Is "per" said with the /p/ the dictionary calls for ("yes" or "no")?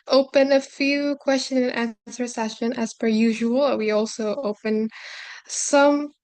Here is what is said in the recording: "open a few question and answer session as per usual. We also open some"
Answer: no